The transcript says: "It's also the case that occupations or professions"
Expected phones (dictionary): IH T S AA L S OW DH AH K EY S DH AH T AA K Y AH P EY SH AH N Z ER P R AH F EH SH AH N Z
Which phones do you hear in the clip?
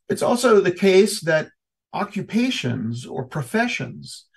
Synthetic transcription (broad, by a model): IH T S AA L S OW DH AH K EY S DH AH T AA K Y AH P EY SH AH N Z ER P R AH F EH SH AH N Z